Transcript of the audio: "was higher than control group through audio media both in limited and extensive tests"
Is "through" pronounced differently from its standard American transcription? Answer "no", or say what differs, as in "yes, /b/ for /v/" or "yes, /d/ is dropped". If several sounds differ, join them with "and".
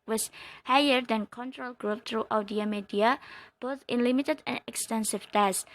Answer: yes, /t/ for /θ/